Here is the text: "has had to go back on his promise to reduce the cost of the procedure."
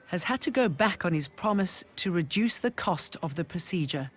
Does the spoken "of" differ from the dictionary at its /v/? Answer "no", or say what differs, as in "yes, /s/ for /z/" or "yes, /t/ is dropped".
no